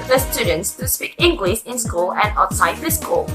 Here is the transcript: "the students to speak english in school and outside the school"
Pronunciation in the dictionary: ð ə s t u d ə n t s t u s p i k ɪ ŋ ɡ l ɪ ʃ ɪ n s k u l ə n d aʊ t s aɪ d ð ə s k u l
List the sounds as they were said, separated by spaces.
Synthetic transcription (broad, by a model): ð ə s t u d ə n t s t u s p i k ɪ ŋ ɡ l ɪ s ɪ n s k u l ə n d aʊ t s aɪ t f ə s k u l